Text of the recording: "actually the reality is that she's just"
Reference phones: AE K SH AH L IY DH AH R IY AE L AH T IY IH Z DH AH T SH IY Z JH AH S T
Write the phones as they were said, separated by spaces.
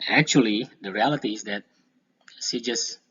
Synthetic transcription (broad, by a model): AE K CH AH L IY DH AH R IY AE L AH T IY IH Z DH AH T S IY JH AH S